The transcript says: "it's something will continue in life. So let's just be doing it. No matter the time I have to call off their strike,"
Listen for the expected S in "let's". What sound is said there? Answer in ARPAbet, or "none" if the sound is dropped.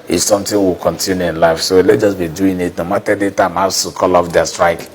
none